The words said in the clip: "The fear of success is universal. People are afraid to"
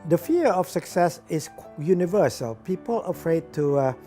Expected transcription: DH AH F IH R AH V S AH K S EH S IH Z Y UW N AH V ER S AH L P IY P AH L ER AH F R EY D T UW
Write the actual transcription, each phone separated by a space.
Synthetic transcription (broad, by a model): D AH F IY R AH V S AH K S EH S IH S Y UW N AH V ER S AH L P IY P AH L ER AH F R EY D T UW